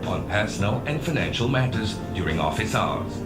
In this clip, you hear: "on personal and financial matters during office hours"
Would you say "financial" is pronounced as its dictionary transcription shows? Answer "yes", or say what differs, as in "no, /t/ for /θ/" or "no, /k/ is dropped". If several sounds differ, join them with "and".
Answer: yes